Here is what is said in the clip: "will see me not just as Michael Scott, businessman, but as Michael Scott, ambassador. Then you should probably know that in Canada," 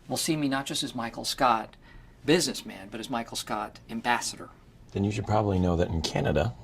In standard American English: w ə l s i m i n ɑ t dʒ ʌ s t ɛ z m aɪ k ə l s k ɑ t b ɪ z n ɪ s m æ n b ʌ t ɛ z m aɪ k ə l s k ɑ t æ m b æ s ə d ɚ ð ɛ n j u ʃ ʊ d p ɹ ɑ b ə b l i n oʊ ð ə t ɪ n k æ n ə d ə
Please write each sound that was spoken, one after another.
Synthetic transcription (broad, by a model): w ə l s i m i n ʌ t dʒ ʌ s t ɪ z m aɪ k l s k ɑ t b ɪ z n ɪ s m æ n b ʌ t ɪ z m aɪ k l s k ɑ t æ m b æ s ə d ɚ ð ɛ n j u ʃ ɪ d p ɹ ɑ b ə b l i n oʊ ð ə t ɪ n k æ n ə d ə